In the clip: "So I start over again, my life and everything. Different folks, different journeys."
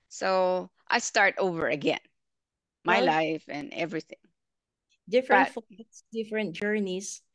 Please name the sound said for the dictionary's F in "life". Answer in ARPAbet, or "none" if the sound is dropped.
F